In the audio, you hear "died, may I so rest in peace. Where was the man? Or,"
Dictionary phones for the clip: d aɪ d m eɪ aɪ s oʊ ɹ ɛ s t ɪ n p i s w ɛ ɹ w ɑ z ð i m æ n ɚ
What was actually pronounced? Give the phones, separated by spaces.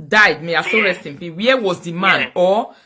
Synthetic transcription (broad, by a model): d aɪ d m eɪ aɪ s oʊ ɹ ɛ s t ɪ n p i w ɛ w ɑ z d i m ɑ n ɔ